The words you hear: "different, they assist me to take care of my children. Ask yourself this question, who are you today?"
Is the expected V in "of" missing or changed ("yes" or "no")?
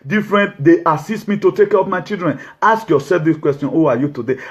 yes